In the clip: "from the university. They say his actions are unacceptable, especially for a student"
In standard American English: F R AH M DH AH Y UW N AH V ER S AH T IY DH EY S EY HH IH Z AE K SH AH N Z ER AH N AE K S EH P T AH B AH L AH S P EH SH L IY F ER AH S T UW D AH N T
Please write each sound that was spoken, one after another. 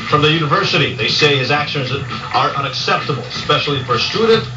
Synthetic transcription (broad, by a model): F R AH M DH AH Y UW N AH V ER S AH T IY DH EY S EY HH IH Z AE K SH AH N Z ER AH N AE K S EH P T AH B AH L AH S P EH SH L IY F ER S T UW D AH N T